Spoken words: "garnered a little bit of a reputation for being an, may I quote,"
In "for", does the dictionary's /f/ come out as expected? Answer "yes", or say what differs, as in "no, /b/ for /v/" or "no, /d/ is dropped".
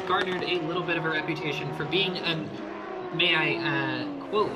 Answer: yes